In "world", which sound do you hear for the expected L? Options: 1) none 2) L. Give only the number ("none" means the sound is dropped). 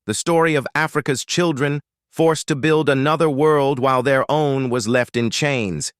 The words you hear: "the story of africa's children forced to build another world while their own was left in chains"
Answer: 2